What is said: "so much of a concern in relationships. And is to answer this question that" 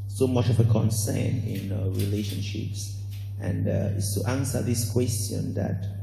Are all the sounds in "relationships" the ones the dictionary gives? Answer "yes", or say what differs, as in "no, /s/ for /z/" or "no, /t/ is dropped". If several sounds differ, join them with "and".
yes